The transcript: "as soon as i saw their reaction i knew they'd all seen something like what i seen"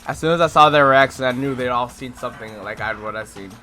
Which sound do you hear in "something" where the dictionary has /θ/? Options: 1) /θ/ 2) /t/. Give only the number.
1